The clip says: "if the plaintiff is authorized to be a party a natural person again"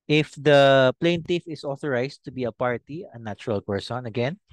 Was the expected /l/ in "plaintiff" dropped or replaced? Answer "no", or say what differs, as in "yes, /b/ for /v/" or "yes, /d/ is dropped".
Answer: no